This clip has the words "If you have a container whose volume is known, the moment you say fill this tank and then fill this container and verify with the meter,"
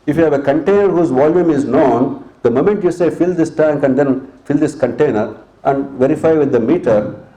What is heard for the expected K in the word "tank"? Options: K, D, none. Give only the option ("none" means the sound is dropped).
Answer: K